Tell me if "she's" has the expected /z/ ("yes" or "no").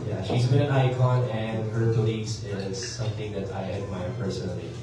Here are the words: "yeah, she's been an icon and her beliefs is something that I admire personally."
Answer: yes